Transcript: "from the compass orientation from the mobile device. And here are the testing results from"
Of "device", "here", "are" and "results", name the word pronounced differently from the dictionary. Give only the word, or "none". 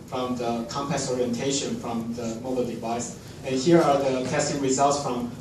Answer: none